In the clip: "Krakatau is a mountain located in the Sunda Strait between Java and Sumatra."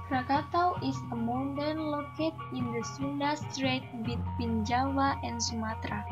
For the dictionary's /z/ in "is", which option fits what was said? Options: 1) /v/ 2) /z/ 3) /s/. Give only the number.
3